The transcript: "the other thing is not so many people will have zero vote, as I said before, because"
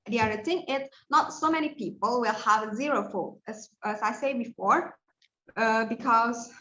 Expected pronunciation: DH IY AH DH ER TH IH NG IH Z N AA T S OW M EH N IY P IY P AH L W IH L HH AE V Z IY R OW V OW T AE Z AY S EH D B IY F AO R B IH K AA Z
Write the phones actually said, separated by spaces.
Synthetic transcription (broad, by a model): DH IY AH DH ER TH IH NG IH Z N AA T S OW M EH N IY P IY P AH L W IH L HH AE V Z IY R OW F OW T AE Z AY S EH B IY F AO R B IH K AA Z